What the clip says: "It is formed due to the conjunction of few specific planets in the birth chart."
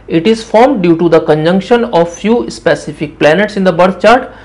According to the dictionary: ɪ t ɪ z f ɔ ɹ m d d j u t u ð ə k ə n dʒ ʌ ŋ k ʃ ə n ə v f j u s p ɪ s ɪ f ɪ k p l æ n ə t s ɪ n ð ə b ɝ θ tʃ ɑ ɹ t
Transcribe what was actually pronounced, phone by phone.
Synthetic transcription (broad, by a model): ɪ t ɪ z f ɔ ɹ m d d j u t u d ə k ə n dʒ ʌ ŋ k ʃ ə n ə v f j u s p ɪ s ɪ f ɪ k p l æ n ə t s ɪ n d ə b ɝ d tʃ ɑ ɹ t